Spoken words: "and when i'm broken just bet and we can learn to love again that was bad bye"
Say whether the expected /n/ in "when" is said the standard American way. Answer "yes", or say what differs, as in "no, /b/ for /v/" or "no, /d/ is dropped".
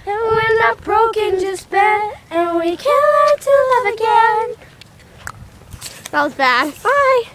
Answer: no, /l/ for /n/